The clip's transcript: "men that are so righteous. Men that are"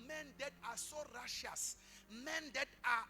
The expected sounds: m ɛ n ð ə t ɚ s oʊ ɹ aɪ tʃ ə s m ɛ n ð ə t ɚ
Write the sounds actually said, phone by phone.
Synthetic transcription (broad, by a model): m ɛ n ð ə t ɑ s oʊ ɹ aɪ ʃ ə s m ɛ n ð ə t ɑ